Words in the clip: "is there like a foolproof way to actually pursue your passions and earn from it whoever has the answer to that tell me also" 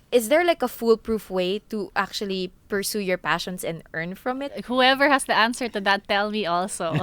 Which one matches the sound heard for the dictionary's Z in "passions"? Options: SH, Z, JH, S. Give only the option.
S